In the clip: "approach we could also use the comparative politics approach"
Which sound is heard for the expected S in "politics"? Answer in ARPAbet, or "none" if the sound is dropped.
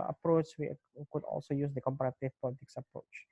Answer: S